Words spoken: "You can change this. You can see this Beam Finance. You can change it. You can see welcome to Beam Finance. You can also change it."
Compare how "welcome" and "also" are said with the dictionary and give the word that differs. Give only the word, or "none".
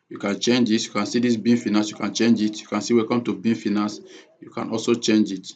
welcome